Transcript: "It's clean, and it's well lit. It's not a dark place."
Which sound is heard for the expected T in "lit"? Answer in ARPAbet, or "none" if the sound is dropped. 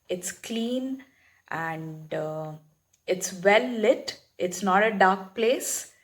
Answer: T